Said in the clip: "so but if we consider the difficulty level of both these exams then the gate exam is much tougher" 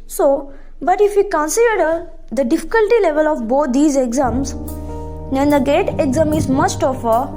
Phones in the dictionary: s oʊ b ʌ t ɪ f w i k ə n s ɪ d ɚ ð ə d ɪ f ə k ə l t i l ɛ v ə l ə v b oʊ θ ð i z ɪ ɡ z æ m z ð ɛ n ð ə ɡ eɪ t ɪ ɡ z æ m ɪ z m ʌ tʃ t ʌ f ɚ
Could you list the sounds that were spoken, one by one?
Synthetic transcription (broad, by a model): s oʊ b ʌ t ɪ f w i k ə n s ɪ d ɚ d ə d ɪ f ə k ə l t i l ɛ v ə l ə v b oʊ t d i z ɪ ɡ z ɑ m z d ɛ n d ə ɡ eɪ t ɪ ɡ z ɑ m ɪ z m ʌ s t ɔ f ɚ